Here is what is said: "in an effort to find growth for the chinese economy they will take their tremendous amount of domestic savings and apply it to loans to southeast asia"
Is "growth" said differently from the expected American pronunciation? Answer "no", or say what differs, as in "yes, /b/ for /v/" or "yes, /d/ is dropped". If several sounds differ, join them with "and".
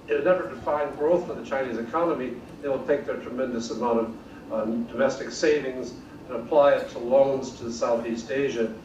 no